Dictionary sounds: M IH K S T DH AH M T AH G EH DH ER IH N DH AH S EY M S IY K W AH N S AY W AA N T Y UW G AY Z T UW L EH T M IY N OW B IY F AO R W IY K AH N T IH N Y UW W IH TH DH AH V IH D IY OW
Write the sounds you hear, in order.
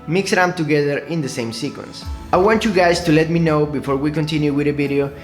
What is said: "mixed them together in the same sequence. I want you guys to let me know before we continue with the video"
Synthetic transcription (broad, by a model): M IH K S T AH T AH G EH DH ER IH N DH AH S EY M S IY K W AH N S AY W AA N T Y UW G AY S T UW L EH T M IY N OW B IY F AO R W IY K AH N T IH N Y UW W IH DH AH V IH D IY OW